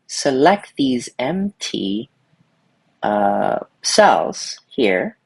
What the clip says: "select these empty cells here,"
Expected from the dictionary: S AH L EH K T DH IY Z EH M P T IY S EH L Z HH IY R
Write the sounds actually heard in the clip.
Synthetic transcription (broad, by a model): S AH L EH K T DH IY Z EH M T T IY S EH L Z HH IY R